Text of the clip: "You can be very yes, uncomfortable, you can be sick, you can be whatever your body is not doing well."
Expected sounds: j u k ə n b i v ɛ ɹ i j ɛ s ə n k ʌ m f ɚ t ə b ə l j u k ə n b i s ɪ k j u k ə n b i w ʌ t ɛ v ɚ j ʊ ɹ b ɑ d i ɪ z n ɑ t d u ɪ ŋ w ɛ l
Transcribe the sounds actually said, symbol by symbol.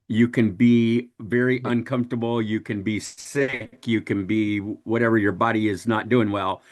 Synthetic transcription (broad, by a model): j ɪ k ə n b i v ɛ ɹ i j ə n k ʌ m f t ə b l j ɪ k ə n b i s ɪ k j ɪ k ə n b i w ʌ t ɛ v ɚ j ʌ ɹ b ɑ d i ɪ z n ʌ t d u ɪ ŋ w ɛ l